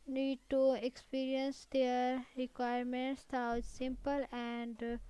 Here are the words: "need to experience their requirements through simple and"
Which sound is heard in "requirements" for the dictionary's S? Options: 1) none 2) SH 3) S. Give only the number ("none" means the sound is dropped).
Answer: 3